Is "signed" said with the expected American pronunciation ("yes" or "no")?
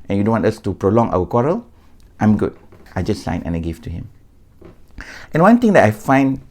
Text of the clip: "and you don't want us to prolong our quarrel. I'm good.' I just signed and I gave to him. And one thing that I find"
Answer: no